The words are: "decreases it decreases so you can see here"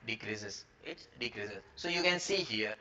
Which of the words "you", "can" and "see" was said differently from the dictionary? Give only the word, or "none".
none